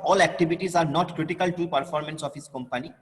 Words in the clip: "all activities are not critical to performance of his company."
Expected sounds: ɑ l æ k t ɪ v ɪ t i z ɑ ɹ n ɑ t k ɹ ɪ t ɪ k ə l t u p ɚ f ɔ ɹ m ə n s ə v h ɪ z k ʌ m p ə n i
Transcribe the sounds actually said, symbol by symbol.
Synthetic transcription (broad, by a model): ɑ l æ k t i b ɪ t i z ɑ ɹ n ɑ t k ɹ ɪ t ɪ k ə l t u p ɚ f ɔ ɹ m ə n s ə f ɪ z k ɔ m p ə n i